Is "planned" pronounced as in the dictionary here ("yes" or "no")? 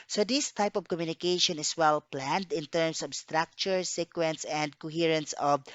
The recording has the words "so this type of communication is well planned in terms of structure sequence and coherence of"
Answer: yes